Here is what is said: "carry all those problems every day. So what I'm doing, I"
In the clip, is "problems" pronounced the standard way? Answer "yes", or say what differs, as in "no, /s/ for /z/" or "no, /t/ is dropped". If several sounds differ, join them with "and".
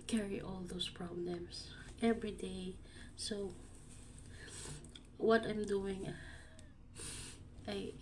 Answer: no, /s/ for /z/